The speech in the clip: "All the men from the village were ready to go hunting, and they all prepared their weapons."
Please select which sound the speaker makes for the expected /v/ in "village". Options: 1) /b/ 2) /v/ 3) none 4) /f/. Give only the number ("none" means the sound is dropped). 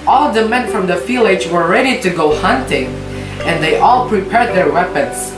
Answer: 4